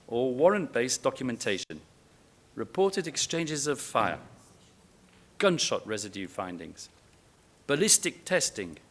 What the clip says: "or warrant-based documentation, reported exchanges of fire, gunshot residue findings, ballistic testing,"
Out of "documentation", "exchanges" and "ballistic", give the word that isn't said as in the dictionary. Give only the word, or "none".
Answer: none